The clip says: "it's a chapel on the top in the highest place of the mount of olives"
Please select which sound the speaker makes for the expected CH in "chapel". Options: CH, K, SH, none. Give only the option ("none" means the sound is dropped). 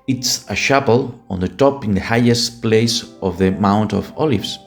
SH